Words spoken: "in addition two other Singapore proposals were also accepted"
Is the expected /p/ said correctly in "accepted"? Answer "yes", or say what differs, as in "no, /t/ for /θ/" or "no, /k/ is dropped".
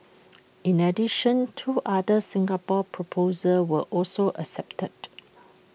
yes